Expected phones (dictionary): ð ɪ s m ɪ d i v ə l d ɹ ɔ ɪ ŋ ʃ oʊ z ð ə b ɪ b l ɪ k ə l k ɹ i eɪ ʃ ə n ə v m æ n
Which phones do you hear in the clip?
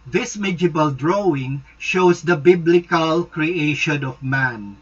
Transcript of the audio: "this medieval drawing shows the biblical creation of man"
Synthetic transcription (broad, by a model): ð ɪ s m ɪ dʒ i b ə l d ɹ ɔ ɪ ŋ ʃ oʊ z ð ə b ɪ b l ɪ k ə l k ɹ i eɪ ʃ ə n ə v m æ n